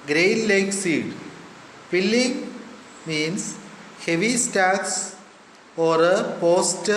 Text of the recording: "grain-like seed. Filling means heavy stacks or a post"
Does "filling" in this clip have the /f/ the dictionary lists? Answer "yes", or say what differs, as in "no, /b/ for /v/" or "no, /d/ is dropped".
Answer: no, /p/ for /f/